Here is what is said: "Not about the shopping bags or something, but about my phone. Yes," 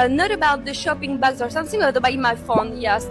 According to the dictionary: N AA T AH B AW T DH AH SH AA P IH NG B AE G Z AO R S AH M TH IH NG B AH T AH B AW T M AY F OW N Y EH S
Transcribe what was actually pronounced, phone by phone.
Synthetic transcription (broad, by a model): N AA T AH B AW T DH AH SH AA P IH NG B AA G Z AO R S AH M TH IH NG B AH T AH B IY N M AY F OW N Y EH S